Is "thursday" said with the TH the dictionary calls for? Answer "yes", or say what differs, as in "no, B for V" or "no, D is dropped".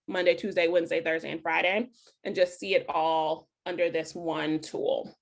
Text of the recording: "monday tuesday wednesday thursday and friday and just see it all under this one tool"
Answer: yes